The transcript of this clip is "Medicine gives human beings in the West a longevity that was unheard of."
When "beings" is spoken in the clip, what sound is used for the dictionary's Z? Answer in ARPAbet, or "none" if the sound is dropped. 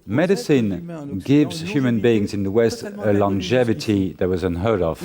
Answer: Z